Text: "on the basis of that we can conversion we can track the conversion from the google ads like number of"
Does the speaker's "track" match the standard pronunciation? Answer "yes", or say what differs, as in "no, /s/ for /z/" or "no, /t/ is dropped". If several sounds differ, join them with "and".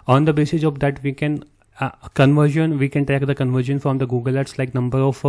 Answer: no, /ɹ/ is dropped